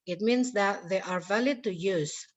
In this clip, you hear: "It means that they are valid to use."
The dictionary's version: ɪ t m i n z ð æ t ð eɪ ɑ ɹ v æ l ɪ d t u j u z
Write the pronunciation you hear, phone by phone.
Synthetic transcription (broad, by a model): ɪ t m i n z ð æ t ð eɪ ɑ ɹ v æ l ɪ d t u j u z